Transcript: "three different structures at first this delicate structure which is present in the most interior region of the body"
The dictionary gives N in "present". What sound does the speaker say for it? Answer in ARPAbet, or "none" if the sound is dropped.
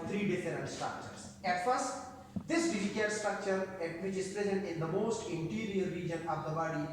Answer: N